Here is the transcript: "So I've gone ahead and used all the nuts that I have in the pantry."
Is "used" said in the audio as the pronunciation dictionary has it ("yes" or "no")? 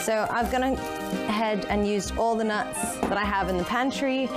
no